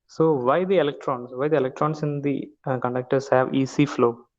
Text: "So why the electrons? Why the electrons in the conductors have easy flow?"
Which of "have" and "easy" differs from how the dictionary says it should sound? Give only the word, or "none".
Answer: easy